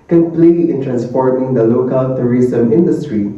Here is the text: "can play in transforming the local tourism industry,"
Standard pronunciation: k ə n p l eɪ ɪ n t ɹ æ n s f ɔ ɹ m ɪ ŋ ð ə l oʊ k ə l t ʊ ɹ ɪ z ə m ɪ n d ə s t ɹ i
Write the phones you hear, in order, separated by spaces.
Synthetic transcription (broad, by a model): k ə n p l eɪ ɪ n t ɹ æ n s p ɔ ɹ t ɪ ŋ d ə l oʊ k ə l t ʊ ɹ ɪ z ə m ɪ n d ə s t ɹ i